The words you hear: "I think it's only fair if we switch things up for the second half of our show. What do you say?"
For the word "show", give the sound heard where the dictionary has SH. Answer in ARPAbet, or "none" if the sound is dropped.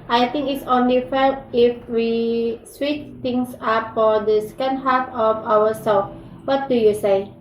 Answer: S